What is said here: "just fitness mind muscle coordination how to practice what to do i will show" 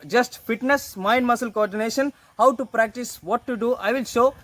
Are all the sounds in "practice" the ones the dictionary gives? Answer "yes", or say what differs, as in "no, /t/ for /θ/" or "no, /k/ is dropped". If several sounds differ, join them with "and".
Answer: yes